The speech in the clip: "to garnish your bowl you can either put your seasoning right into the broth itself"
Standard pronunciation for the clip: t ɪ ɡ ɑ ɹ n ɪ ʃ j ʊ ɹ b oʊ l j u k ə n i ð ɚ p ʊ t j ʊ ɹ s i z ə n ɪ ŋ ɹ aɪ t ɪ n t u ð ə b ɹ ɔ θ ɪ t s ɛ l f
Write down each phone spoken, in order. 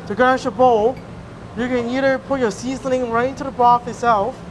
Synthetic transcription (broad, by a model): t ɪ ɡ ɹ ɪ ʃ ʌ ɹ b oʊ l j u k ə n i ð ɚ p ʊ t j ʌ ɹ s i z ə n ɪ ŋ ɹ aɪ t ɪ n t u ð ə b ɔ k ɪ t s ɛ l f